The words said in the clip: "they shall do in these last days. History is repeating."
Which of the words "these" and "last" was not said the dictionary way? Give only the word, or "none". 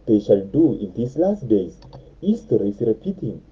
these